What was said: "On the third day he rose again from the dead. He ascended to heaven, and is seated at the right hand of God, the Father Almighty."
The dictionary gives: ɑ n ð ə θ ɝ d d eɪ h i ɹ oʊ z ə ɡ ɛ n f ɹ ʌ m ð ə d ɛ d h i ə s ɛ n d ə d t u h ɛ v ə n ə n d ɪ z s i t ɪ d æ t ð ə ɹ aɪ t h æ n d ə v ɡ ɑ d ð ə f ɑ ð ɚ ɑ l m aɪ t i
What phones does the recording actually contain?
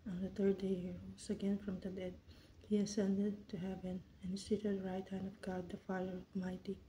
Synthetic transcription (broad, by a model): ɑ n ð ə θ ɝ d d eɪ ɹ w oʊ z ə ɡ ɛ n f ɹ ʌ m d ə d ɛ d h i ə s ɛ n d ə d t u h ɛ v ə n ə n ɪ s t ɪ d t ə ɹ aɪ t h æ n d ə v ɡ ɑ d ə f ɑ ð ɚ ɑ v m aɪ t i